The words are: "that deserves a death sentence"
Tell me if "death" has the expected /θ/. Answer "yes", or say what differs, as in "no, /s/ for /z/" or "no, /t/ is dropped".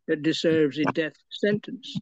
yes